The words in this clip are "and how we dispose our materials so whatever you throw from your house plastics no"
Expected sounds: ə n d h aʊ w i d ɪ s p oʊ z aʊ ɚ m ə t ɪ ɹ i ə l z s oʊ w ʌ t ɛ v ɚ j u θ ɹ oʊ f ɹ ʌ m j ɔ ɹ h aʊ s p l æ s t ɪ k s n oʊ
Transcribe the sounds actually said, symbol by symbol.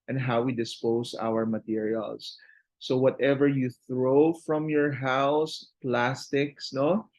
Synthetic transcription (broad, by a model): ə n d h aʊ w i d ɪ s p oʊ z aʊ ɚ m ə t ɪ ɹ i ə l s oʊ w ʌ t ɛ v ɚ j u θ ɹ oʊ f ɹ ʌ m j ɔ ɹ h aʊ s p l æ s t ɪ k s n oʊ